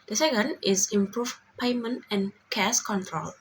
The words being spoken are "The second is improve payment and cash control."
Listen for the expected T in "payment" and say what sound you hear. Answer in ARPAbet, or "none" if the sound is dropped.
T